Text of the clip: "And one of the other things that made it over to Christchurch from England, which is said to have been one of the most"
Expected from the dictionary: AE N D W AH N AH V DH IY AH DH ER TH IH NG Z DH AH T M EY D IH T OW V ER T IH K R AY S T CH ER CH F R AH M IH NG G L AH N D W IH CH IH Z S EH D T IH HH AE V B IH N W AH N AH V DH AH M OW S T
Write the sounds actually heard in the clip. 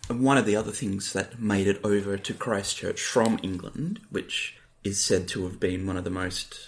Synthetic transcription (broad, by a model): W AH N AH V DH IY AH DH ER TH IH NG Z DH AH T M EY D IH T OW V ER T IH K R AY S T CH ER CH F R AH M IH NG G L AH N D W IH CH IH Z S EH D T IH V B IH N W AH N AH V DH AH M OW S T